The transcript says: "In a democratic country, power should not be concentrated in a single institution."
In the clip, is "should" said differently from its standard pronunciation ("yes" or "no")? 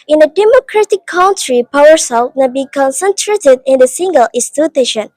yes